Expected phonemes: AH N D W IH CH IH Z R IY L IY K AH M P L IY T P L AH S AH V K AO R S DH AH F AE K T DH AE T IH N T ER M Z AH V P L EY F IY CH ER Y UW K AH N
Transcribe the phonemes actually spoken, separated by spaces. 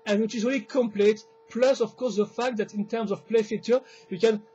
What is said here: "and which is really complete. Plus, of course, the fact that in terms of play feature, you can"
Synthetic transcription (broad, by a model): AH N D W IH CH IH Z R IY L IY K AH M P L IY T P L AH S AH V K AO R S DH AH F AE K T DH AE T IH N T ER M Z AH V P L EY F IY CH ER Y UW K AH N